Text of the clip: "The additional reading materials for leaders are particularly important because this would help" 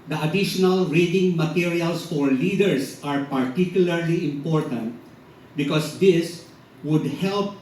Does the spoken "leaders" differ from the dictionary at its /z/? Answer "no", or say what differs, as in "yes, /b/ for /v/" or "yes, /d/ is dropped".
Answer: yes, /s/ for /z/